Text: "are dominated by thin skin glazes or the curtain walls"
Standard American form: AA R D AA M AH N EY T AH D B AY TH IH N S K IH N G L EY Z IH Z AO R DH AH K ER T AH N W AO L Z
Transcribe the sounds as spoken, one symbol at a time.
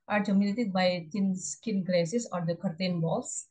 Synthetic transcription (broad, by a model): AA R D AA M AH L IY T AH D B AY T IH N S K IH N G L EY S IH S AO R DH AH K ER T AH N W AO L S